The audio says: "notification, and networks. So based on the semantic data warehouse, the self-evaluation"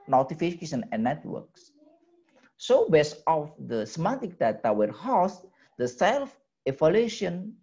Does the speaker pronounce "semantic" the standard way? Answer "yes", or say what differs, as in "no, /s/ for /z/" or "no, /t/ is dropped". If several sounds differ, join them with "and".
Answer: no, /n/ is dropped